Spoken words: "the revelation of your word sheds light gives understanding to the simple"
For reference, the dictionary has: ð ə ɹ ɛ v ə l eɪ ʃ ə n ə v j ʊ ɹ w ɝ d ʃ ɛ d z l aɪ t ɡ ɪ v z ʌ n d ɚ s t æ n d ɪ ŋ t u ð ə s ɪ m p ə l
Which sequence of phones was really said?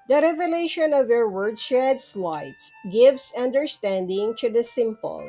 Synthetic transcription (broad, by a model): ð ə ɹ ɛ v ə l eɪ ʃ ə n ə v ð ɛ ɹ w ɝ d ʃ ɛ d s l aɪ t ɡ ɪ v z ʌ n d ɚ s t æ n d ɪ ŋ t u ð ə s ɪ m p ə l